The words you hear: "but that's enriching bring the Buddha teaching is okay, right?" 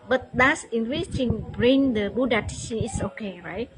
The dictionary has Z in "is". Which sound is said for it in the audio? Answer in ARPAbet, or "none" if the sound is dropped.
S